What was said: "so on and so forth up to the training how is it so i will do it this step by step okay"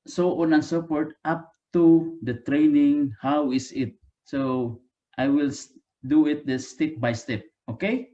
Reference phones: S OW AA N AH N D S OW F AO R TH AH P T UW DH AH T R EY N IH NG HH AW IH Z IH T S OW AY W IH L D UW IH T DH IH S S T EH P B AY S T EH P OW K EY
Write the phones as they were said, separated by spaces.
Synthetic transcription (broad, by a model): S OW AA N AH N S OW P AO R T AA P T UW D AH T R EY N IH NG HH AW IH S IH T S OW AY W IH L D UW IH T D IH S S T EH P B AY S T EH P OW K EY